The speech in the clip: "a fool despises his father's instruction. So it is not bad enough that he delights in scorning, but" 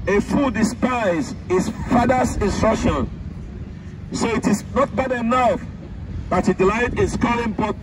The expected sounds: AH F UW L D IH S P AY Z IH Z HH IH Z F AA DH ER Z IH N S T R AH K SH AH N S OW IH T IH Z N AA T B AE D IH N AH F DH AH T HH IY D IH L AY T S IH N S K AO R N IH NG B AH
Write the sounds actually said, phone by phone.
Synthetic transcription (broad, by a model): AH F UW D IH S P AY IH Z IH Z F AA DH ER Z IH N S T R AH K SH AH N S OW IH T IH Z N AA T B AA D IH N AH F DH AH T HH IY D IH L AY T IH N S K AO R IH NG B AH